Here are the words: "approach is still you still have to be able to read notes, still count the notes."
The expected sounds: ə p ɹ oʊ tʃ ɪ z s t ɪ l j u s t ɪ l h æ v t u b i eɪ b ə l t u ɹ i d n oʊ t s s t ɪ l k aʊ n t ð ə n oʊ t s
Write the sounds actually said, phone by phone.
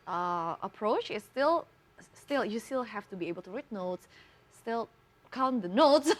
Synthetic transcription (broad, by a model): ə p ɹ oʊ tʃ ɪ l s t ɪ l j u s t ɪ l h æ f t u b i eɪ b ə l t u ɹ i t n oʊ t s s t ɪ l k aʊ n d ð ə n oʊ t s